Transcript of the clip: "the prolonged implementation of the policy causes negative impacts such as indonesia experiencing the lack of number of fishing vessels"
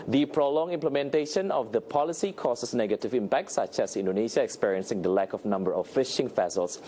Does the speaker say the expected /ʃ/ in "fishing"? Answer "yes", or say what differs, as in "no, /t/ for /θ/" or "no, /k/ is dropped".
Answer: yes